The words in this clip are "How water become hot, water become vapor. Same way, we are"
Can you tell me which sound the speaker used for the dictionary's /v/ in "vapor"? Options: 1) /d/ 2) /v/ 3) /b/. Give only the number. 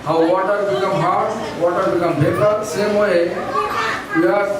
3